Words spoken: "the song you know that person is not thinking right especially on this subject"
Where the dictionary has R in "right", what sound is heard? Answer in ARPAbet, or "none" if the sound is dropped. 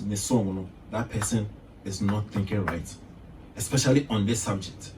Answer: R